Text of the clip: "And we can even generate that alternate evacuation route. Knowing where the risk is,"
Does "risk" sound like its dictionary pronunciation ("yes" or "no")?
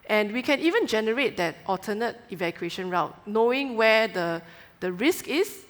yes